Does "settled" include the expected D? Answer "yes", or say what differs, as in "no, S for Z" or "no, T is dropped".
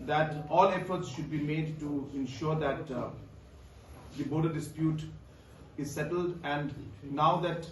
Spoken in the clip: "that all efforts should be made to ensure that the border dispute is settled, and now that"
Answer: yes